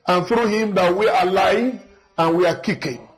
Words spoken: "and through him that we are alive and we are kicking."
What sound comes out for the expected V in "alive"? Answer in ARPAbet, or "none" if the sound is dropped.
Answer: none